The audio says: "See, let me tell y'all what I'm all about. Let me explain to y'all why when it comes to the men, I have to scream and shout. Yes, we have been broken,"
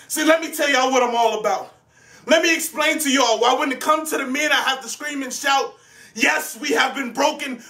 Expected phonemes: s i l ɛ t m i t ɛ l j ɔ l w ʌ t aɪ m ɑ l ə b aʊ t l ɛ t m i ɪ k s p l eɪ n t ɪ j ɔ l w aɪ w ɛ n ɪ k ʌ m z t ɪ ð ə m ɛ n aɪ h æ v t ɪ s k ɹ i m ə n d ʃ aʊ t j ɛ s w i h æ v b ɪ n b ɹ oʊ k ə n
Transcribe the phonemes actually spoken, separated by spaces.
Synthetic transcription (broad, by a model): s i l ɛ t m i t ɛ l j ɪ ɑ w ʌ t aɪ m ɑ l ə b aʊ t l ɛ t m i ɪ k s p l eɪ n t ɪ j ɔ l w aɪ w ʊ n ɪ k ʌ m t ɪ ð ə m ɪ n aɪ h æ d t ɪ s k ɹ i m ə n ʃ aʊ t j ɛ s w i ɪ v b ɪ n b ɹ oʊ k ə n